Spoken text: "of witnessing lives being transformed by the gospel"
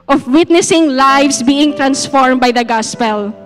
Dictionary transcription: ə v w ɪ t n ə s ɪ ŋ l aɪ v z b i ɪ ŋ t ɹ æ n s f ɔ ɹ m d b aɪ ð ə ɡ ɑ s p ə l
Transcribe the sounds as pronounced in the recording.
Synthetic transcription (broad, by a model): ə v w ɪ t n ə s ɪ ŋ l aɪ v s b i ɪ ŋ t ɹ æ n s f ɔ ɹ m b aɪ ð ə ɡ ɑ s p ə l